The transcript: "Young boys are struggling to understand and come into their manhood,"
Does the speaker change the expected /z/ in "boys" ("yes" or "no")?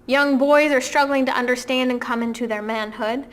no